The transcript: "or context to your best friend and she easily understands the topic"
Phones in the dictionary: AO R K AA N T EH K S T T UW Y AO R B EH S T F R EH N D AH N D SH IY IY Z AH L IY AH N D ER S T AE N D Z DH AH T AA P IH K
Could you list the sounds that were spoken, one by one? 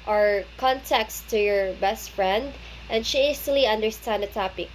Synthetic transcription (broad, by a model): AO R K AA N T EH K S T T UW Y AO R B EH S T F R EH N D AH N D SH IY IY S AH L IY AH N D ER S T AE N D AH T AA P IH K